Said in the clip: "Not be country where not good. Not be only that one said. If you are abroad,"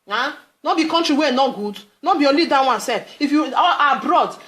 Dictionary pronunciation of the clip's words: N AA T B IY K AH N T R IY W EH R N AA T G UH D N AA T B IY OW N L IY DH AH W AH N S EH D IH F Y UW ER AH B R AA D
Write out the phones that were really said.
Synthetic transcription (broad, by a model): N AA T B IY K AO N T R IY W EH N AA T G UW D N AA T B IY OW L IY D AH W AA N S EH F IH F Y UW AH B R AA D